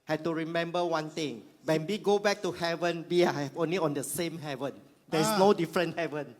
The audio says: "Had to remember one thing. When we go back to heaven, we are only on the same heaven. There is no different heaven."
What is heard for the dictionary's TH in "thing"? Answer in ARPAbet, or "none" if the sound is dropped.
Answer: T